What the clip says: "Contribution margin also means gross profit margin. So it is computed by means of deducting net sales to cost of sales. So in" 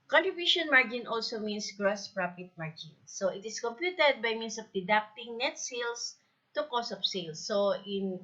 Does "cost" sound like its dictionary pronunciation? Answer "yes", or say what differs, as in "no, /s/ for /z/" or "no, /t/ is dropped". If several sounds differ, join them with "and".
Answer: no, /t/ is dropped